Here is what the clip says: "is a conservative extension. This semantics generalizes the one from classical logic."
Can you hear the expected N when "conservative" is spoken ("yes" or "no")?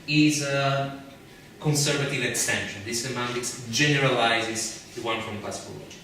yes